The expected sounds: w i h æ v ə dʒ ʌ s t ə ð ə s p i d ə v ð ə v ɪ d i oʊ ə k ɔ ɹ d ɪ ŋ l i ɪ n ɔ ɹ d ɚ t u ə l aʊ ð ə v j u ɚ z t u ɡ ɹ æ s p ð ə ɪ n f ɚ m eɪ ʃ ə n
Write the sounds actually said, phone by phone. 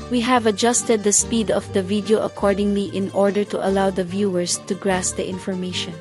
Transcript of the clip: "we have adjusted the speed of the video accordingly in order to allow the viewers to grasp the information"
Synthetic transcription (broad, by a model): w i h æ v ə dʒ ʌ s t ə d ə s p i d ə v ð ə v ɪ d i oʊ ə k ɔ ɹ d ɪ ŋ l i ɪ n ɔ ɹ d ɚ t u ə l aʊ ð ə v j u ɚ s t u ɡ ɹ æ s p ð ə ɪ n f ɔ m eɪ ʃ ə n